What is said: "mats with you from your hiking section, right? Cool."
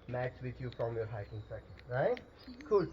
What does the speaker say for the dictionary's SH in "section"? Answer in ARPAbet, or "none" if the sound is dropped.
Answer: none